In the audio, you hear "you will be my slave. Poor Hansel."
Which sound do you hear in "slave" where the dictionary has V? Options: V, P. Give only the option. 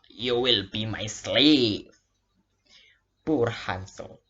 P